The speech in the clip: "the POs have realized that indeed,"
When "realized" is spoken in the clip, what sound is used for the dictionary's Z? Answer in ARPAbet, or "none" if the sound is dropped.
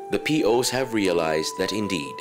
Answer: Z